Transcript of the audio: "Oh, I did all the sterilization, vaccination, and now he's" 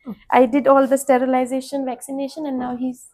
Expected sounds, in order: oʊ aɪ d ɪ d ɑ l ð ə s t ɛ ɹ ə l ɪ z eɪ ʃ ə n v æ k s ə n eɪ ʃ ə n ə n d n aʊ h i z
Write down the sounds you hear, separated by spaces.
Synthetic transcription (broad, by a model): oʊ aɪ d ɪ d ɑ l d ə s t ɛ ɹ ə l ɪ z eɪ ʃ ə n v æ k s ə n eɪ ʃ ə n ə n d n aʊ h i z